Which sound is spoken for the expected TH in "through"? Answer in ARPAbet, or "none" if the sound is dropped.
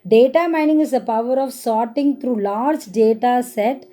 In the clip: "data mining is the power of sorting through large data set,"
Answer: T